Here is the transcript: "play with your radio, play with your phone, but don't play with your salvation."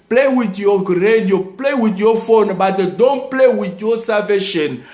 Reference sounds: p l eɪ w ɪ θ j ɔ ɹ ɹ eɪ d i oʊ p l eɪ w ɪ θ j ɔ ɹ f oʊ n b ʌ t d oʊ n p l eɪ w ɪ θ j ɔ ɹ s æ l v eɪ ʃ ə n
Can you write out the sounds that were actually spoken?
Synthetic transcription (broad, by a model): p l eɪ w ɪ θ j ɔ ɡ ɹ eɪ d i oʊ p l eɪ w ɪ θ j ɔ f oʊ n b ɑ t d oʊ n p l eɪ w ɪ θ j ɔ s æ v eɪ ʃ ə n